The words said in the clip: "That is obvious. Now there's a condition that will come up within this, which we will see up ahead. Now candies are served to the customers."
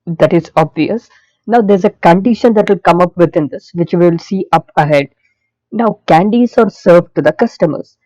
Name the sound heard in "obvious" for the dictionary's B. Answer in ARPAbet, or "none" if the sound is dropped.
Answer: B